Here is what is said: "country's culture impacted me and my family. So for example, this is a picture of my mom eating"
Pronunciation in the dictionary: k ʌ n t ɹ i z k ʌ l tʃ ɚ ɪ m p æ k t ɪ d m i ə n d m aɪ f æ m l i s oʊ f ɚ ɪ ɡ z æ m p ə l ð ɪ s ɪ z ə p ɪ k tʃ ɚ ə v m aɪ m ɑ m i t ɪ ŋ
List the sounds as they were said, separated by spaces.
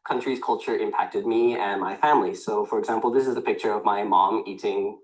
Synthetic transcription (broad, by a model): k ʌ n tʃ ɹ i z k ʌ l tʃ ɚ ɪ m p æ k t ɪ d m i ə n m aɪ f æ m l i s oʊ f ɚ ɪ ɡ z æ m p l ð ɪ s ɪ z ə p ɪ k tʃ ɚ ə v m aɪ m ɑ m i t ɪ ŋ